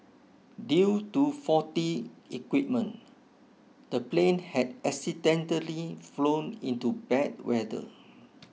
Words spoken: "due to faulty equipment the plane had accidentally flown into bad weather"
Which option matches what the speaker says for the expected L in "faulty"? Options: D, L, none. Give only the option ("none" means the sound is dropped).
none